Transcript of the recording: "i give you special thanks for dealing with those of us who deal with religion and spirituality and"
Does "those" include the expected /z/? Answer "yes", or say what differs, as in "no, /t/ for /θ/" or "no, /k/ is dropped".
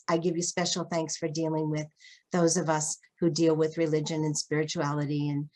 yes